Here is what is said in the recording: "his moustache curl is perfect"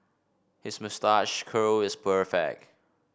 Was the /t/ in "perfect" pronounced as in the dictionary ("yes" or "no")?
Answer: no